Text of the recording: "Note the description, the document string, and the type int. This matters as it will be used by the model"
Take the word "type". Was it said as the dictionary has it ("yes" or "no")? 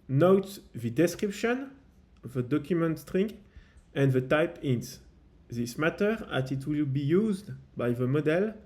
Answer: yes